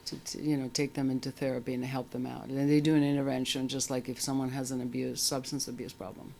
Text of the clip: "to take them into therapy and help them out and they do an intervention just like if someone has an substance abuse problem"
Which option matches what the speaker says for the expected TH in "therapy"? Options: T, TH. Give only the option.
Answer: TH